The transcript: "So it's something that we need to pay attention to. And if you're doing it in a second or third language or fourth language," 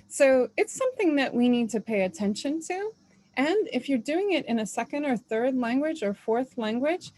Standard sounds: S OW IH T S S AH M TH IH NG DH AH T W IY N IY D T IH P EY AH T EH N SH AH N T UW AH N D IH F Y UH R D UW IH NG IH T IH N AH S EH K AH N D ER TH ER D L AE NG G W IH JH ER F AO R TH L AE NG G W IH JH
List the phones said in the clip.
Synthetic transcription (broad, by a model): S OW IH T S S AH M TH IH NG DH AH T W IY N IY D T IH P EY AH T EH N SH AH N T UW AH N IH F Y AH R D UW IH NG IH T IH N AH S EH K AH N D ER TH ER D L AE NG G W IH JH ER F AO R TH L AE NG G W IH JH